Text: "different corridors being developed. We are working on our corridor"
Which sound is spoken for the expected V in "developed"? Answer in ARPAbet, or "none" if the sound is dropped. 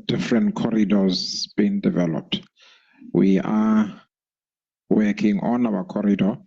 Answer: V